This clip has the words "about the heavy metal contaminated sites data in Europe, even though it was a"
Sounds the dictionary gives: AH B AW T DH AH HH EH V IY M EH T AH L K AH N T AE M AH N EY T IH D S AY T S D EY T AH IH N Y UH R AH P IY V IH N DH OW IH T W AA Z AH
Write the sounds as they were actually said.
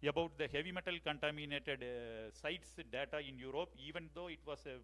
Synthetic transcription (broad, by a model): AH B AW T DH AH HH EH V IY M EH T AH L K AH N T AE M AH N EY T IH D S AY T S D EY T AH IH N Y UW R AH P IY V IH N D OW IH T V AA S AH